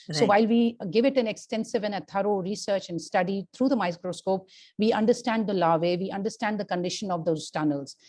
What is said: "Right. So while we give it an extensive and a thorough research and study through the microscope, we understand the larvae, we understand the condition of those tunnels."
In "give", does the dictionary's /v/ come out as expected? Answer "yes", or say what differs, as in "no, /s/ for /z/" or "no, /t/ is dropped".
yes